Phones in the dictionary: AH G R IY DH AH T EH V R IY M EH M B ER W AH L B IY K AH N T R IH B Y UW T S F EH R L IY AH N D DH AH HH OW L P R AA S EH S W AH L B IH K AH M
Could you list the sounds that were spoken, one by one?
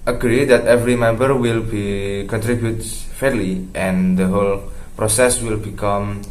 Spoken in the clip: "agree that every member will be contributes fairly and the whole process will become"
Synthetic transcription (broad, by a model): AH G R IY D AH T EH V R IY M EH M B ER W AH L B IY K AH N T R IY B Y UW T F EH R L IY AH N D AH HH OW L P R AA S EH S W AH L B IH K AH M